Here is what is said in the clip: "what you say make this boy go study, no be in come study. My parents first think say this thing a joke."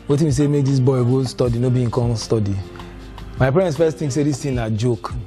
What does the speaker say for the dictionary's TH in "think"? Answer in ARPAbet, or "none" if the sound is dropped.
T